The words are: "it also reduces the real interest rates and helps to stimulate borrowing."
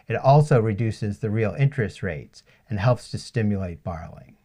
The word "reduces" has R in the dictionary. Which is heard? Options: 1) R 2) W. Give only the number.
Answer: 1